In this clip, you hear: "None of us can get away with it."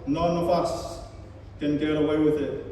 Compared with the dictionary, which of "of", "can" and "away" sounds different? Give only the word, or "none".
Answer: of